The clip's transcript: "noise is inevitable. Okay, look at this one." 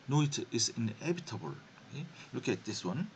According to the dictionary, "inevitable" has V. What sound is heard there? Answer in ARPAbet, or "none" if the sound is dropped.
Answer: B